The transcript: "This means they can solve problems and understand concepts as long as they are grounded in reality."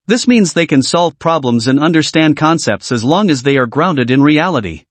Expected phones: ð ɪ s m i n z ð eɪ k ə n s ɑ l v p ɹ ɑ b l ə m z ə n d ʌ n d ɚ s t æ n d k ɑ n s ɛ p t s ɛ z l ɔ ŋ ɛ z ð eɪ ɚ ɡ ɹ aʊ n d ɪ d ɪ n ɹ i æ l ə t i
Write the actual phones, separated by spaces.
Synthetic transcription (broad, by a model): ð ɪ s m i n z ð eɪ k ə n s ɑ l v p ɹ ɑ b l ə m z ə n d ʌ n d ɚ s t æ n d k ɑ n s ɛ p t s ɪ z l ɔ ŋ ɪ z ð eɪ ɚ ɡ ɹ aʊ n d ɪ d ɪ n ɹ i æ l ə t i